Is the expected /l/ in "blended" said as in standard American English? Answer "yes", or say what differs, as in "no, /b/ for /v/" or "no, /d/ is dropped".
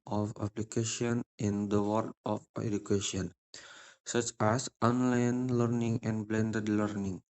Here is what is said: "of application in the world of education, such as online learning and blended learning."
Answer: yes